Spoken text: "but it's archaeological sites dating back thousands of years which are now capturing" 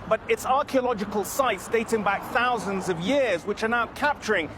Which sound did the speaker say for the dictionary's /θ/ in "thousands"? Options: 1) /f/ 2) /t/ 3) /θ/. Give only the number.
3